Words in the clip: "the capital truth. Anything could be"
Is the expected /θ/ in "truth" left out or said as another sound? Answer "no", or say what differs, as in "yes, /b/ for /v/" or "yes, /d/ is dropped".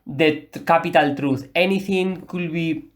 yes, /s/ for /θ/